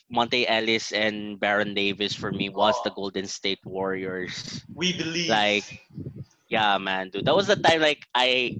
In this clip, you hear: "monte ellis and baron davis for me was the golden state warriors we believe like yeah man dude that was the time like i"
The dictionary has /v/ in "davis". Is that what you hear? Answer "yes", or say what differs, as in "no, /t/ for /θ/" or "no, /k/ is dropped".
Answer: yes